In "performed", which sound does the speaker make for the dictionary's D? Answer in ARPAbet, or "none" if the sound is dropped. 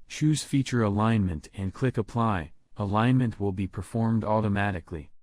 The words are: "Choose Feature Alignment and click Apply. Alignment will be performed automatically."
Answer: D